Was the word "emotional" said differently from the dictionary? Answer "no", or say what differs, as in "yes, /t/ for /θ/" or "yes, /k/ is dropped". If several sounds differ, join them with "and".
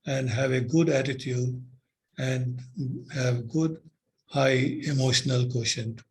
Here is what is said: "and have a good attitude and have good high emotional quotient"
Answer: no